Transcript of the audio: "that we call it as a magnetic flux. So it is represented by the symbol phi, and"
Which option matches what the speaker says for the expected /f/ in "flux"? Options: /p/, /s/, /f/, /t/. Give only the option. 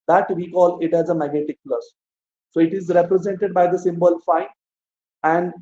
/p/